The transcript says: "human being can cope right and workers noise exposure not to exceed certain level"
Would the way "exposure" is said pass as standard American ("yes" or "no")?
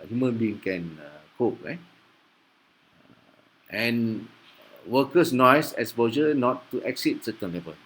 no